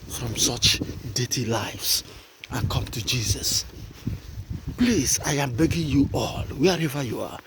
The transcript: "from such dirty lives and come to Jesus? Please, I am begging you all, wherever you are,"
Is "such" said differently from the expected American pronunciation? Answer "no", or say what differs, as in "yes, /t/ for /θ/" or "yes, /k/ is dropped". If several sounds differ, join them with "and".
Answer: no